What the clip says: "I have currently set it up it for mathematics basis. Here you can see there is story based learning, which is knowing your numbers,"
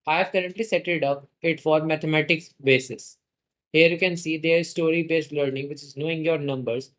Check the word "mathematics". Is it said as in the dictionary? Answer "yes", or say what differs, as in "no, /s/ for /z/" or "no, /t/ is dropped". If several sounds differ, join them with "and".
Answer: no, /t/ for /θ/